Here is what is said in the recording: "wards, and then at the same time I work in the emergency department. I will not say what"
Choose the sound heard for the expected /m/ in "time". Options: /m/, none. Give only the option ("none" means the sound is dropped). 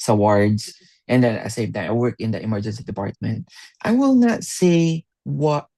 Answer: none